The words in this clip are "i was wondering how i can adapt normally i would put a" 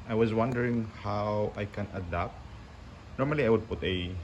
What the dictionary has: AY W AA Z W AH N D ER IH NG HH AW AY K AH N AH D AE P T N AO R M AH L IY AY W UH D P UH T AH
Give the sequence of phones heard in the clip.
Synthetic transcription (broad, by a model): AY W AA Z W AH N D ER IH NG HH AW AY K AH N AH D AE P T N AO R M AH L IY AY W UH D P UH T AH